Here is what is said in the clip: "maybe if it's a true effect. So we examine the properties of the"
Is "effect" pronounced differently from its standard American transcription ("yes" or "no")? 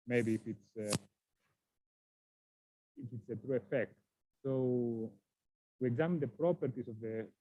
no